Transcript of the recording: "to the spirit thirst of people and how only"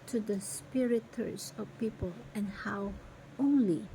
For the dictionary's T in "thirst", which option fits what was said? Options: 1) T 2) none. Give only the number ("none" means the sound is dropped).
2